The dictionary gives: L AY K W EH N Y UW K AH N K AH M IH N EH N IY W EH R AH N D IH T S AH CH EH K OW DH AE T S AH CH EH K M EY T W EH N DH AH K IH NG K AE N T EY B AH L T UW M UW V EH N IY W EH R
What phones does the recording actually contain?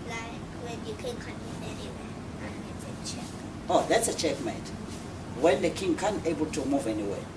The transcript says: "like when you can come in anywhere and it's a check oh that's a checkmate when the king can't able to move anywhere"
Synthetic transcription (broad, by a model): L AY K W EH N Y UW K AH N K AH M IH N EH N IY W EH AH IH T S AH CH EH K OW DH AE T S AH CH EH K M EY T W EH N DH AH K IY NG K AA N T EY B AH L T UW M UW V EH N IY W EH